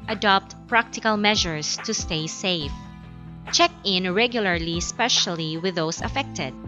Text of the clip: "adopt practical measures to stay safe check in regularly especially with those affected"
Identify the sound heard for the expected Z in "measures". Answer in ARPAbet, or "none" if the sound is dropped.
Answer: S